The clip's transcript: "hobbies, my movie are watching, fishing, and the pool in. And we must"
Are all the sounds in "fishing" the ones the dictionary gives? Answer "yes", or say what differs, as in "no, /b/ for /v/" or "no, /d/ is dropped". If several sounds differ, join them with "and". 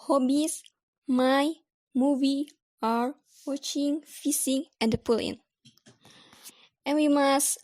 no, /s/ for /ʃ/